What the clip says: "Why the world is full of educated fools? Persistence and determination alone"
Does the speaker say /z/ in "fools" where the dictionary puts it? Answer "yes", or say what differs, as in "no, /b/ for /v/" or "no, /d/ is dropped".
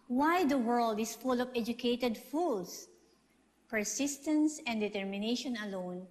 no, /s/ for /z/